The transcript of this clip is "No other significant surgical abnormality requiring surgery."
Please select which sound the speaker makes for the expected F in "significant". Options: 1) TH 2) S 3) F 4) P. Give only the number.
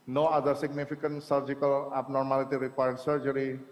4